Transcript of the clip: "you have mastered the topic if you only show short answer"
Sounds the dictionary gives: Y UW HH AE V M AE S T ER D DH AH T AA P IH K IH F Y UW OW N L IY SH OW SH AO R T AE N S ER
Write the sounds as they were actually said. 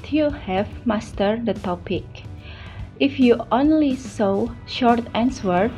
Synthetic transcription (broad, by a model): Y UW HH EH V M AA S T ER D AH T AA P IH K IH F Y UW OW N L IY S OW SH AO R T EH N S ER